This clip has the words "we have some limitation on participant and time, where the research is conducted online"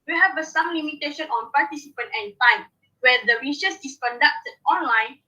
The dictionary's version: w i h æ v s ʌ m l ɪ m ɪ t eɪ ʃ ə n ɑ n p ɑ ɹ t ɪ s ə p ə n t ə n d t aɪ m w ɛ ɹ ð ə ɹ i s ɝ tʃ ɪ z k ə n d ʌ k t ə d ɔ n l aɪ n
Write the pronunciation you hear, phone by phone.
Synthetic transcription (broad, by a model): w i h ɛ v s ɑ m l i m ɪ t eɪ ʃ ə n ɑ n p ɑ t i s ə p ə n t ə n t aɪ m w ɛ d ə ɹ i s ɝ s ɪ s k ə n d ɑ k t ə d ɔ n l aɪ n